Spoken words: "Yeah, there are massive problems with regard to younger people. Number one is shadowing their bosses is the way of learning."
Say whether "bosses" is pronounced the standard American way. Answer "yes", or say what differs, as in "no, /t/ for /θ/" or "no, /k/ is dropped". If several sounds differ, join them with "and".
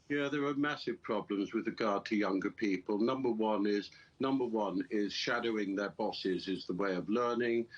yes